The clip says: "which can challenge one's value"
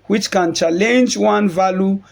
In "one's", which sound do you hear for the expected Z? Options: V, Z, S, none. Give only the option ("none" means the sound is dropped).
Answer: none